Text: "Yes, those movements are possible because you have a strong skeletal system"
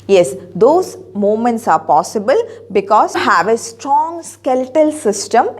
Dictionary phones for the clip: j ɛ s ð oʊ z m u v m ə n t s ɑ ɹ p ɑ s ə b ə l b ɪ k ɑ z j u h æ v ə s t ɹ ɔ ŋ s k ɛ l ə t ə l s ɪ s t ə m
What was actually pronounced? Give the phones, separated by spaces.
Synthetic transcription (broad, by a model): j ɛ s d oʊ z m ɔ m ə n t s ɑ ɹ p ɑ s ə b ə l b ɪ k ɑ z h æ v ə s t ɹ ɔ ŋ s k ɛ l t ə l s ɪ s t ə m